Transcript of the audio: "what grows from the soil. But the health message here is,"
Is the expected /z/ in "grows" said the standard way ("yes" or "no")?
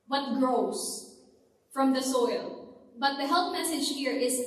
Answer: no